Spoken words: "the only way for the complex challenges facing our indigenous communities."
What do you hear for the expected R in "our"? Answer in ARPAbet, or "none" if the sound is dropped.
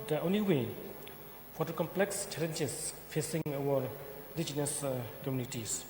W